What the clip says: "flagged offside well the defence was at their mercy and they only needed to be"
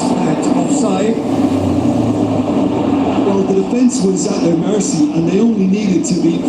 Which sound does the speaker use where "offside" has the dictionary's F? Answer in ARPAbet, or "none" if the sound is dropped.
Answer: none